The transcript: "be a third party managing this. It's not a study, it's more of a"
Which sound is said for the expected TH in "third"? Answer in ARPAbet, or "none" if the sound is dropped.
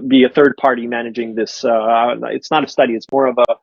TH